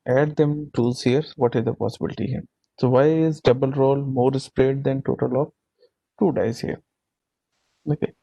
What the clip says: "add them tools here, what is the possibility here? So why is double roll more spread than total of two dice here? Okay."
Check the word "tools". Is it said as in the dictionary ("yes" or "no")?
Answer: no